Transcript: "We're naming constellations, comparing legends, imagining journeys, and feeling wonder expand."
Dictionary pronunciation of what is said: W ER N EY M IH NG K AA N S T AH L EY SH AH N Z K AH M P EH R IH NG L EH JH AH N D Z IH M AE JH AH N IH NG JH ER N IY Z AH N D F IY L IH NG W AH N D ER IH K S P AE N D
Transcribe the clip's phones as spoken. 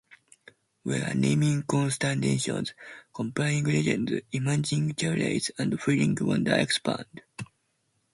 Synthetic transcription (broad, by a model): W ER N EY M IH NG K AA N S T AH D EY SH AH N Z K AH M P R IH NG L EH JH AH N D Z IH M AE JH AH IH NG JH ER L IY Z AH N D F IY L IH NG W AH N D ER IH K S P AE N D